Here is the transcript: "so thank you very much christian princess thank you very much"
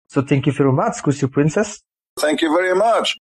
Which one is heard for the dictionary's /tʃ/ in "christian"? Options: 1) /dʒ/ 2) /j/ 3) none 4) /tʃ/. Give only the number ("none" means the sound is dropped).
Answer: 3